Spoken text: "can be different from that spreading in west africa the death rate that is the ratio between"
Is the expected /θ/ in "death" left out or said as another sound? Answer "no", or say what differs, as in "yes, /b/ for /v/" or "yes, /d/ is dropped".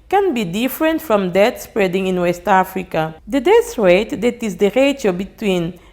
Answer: yes, /s/ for /θ/